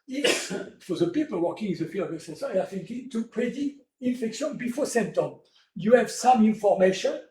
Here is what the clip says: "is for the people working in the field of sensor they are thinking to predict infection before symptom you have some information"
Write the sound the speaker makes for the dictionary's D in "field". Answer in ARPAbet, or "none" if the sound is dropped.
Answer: none